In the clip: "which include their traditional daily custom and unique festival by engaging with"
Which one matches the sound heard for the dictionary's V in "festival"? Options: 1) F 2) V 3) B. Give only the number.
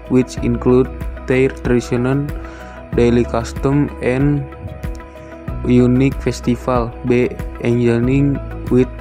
1